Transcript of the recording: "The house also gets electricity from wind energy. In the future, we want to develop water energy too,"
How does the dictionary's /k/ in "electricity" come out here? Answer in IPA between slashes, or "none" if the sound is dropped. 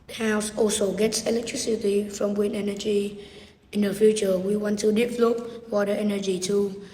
/k/